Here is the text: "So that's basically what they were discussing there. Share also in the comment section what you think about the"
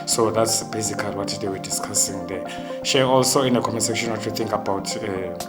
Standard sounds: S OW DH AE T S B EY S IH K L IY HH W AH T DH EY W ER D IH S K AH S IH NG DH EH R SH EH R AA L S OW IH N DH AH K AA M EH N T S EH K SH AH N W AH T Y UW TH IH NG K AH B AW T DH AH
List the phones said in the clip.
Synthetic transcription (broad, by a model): S OW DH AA T S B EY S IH K IY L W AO T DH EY W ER D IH S K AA S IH NG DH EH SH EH AA L S OW IH N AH K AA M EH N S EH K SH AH N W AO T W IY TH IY NG K AH B AW T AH